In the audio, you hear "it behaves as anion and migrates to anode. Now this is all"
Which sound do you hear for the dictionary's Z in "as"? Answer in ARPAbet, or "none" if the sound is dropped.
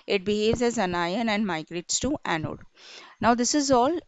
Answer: Z